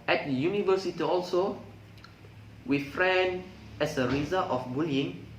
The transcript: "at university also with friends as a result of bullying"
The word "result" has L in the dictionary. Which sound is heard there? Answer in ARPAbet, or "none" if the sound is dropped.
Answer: none